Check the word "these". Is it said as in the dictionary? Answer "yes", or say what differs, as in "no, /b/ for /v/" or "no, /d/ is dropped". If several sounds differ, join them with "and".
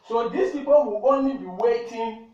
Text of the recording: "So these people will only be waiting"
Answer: no, /s/ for /z/